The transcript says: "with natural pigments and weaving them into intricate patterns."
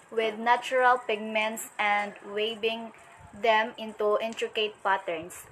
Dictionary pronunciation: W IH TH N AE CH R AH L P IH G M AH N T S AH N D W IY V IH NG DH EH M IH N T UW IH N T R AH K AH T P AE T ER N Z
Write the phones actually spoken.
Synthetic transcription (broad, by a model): W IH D N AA CH R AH L P IH G M AH N T S AH N D W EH B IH NG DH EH M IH N T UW IH N T R AH K AH T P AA T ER N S